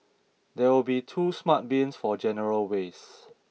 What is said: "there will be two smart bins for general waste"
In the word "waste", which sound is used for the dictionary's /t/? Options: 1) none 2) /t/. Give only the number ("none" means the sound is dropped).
1